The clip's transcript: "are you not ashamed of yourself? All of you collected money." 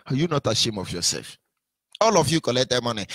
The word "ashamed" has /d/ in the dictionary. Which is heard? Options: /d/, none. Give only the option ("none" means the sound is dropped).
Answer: none